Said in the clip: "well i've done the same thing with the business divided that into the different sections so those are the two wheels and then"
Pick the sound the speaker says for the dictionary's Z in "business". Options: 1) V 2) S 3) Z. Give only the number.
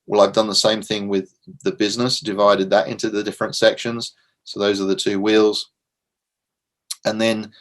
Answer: 3